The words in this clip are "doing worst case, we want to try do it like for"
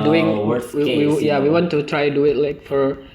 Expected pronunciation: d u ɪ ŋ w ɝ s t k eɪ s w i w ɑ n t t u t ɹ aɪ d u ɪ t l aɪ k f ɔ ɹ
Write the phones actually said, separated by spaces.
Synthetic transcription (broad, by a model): d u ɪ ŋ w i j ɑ w i w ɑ n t t u t ɹ aɪ d u ɪ t l aɪ k f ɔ ɹ